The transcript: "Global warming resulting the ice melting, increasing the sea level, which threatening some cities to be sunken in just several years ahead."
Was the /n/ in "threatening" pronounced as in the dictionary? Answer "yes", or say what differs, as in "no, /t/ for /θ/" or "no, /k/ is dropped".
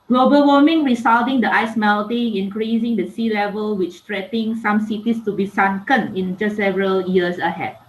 no, /n/ is dropped